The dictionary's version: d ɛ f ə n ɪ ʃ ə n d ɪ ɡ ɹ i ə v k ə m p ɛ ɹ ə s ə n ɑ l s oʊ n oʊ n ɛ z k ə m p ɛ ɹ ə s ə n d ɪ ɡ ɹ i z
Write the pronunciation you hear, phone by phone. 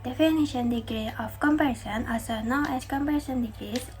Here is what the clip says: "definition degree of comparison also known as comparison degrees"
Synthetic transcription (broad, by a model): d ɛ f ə n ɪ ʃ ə n d ɪ ɡ ɹ i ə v k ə m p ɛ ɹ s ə n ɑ s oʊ n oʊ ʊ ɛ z k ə m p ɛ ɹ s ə n d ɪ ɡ ɹ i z